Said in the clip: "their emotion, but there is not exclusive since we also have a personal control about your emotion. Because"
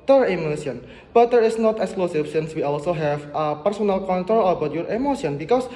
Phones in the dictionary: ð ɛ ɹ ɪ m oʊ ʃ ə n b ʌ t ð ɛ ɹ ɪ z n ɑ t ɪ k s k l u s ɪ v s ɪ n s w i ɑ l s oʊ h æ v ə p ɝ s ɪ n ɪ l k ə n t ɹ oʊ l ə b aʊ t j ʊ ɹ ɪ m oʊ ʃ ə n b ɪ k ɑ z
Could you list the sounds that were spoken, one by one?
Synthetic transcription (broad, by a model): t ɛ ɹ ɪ m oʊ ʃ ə n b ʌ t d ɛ ɹ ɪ s n ɑ t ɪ k s k l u s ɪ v s ɪ n s w i ɑ l s oʊ h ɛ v ə p ɝ s ɪ n ɪ l k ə n t ɹ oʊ l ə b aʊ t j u ɹ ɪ m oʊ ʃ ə n b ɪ k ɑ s